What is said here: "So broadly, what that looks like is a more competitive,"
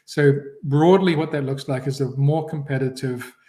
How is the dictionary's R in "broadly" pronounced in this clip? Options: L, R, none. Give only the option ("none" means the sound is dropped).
R